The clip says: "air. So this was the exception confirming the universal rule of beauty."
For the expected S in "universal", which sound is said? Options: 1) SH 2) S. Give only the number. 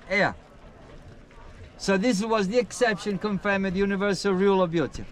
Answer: 2